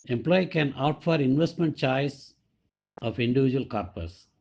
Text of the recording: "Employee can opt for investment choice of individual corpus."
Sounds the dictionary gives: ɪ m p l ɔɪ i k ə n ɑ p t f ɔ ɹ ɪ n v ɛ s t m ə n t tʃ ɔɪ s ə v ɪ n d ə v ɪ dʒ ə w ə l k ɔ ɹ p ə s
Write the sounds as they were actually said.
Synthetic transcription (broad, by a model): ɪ m p l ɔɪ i k ə n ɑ t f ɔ ɹ ɪ n v ɛ s t m ə n t tʃ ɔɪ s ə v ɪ n d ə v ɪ dʒ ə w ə l k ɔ ɹ p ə s